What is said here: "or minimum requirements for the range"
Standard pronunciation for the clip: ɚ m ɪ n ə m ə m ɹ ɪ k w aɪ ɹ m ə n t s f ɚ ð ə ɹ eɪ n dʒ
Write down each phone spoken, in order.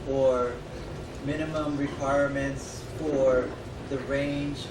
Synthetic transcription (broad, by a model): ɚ m ɪ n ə m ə m ɹ ɪ k w aɪ ɹ m ə n t s f ɚ ð ə ɹ eɪ n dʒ